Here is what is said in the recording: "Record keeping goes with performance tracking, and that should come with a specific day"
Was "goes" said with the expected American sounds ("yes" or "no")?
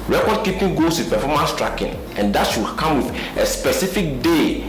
no